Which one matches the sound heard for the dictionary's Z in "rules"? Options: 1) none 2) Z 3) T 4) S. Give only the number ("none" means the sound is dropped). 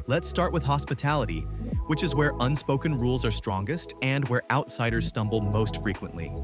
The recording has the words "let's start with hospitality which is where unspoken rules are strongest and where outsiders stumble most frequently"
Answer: 2